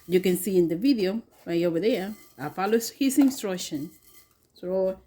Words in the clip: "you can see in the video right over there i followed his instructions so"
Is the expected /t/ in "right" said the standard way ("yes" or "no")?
no